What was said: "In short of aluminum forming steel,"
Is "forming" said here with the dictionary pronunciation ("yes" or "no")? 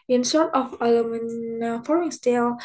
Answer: no